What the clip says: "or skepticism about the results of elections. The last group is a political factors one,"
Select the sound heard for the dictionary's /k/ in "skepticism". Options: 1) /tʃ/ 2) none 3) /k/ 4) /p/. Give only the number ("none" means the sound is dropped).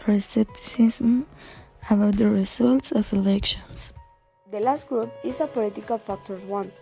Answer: 2